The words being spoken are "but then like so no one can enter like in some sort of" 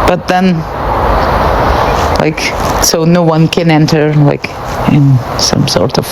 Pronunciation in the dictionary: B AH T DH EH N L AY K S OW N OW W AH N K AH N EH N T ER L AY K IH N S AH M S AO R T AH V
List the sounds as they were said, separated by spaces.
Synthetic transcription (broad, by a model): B AH T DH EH N L AY K S OW N OW W AH N K AH N EH N T ER L AY K IH N S AH M S AO R T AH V